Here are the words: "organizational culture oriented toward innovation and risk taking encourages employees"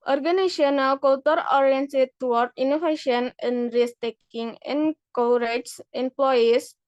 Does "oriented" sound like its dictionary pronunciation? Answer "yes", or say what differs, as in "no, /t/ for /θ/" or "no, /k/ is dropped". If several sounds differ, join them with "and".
no, /s/ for /t/